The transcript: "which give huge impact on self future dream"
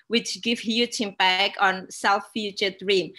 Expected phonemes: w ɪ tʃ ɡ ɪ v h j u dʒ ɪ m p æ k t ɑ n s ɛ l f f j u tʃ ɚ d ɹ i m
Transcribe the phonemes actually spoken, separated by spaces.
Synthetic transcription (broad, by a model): w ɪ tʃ ɡ ɪ v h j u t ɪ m b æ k ɑ n s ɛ l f f j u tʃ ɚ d ɹ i m